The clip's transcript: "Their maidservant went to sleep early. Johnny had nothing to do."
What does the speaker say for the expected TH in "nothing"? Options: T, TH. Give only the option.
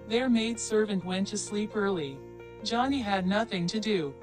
TH